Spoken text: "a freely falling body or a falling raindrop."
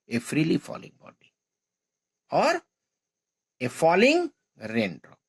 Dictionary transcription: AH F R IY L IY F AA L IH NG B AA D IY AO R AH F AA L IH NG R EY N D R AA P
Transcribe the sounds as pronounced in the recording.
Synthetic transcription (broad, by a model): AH F R IY L IY F AA L IH NG B AA D IY AO R AH F AA L IH NG R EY N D R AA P